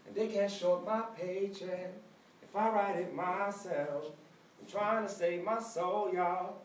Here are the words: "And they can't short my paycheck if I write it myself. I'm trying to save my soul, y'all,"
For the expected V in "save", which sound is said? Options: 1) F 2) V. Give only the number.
2